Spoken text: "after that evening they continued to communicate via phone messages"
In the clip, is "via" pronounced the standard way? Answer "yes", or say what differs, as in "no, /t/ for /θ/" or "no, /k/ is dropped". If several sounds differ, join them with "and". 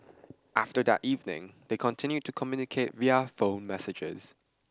yes